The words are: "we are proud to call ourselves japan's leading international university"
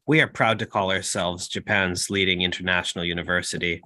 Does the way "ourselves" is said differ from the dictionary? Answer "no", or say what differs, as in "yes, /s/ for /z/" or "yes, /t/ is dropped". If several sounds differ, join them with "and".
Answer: no